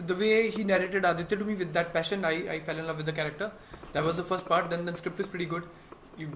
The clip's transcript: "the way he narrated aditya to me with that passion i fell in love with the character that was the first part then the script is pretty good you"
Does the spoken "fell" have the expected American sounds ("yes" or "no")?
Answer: yes